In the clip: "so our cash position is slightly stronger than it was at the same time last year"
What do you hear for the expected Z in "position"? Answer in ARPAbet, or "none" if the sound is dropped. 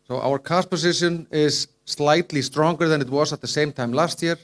S